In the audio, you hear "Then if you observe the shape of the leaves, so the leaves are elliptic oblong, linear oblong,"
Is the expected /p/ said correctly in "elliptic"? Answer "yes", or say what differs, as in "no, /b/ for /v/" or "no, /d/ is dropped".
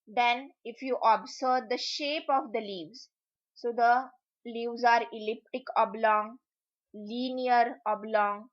yes